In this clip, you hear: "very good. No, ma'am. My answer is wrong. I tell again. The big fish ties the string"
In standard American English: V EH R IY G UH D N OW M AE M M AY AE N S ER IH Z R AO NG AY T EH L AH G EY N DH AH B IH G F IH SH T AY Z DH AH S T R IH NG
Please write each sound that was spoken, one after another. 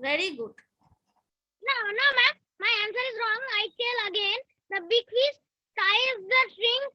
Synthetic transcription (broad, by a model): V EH R IY G UH D N OW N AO M M AY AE N S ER IH Z R AO NG AY T EH L AH G EY N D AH B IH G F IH S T AY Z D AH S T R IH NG